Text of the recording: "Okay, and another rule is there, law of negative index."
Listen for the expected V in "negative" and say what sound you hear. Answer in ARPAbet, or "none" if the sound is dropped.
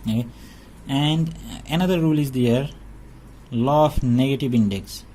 V